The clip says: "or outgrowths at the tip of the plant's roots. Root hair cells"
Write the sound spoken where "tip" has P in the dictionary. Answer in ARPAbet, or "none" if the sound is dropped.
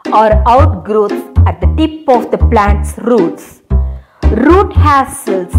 P